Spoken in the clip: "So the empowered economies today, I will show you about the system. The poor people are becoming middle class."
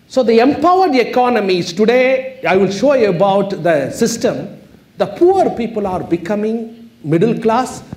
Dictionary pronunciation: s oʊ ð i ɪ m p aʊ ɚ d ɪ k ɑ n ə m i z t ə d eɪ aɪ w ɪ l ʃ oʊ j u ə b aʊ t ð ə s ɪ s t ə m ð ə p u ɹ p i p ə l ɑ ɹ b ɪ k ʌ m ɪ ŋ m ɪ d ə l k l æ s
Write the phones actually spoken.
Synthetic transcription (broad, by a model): s oʊ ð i ɪ m p aʊ ɚ d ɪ k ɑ n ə m i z t ə d eɪ aɪ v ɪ l ʃ oʊ j u ə b aʊ t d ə s ɪ s t ə m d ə p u ɹ p i p ə l ɑ ɹ b ɪ k ʌ m ɪ ŋ m ɪ d ə l k l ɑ s